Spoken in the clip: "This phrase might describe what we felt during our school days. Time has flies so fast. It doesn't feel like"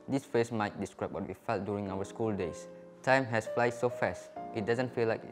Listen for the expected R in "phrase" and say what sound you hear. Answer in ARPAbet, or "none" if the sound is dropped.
none